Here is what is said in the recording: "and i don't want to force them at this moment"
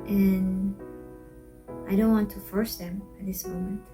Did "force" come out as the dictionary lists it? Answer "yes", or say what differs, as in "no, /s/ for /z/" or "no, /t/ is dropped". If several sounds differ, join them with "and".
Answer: yes